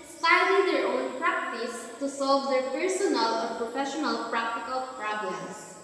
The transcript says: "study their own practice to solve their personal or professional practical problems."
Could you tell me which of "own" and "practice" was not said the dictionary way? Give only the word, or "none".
none